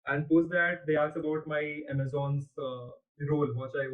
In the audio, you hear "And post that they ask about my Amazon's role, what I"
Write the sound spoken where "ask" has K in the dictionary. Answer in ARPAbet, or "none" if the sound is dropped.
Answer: none